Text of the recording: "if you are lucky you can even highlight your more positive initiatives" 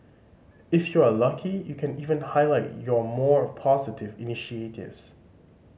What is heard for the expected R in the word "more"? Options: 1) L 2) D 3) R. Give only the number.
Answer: 3